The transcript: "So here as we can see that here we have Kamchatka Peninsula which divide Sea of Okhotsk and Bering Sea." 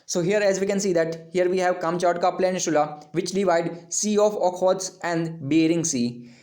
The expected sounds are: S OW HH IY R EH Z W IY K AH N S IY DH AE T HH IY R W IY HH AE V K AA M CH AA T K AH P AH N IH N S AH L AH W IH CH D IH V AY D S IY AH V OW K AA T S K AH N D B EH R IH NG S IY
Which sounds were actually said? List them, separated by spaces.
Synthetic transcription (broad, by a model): S OW HH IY R EH Z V IY K AH N S IY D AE T HH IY R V IY HH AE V K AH M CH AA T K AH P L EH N SH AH L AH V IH CH D IH V AY D S IY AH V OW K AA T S AH N D B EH R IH NG S IY